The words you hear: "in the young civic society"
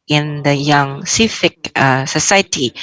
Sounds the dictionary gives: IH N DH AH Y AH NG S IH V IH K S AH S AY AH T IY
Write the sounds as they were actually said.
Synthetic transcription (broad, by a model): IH N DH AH Y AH NG S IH F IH K S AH S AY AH T IY